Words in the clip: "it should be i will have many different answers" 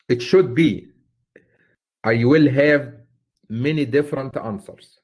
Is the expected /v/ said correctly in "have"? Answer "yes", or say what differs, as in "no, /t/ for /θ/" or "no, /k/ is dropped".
yes